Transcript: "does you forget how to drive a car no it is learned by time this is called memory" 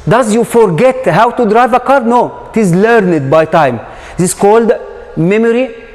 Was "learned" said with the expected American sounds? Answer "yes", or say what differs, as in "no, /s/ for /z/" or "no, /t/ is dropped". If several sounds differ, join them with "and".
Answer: yes